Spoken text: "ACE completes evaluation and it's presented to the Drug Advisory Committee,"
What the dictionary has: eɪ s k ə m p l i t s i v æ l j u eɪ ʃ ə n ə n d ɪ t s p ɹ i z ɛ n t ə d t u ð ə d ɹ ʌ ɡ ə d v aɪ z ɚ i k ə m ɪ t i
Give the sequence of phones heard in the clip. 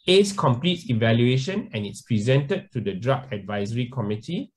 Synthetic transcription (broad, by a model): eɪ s k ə m p l i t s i v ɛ l j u eɪ ʃ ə n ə n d ɪ t s p ɹ i z ɛ n t ə d t u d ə d ɹ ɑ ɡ ə d v aɪ z ɚ i k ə m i t i